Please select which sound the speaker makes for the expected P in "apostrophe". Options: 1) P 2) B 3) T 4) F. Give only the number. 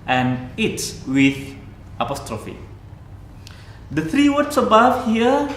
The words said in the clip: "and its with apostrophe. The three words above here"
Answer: 1